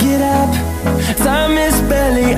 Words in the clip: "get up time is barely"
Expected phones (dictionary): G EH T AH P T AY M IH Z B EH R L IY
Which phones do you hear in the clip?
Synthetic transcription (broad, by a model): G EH T AH P S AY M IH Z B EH L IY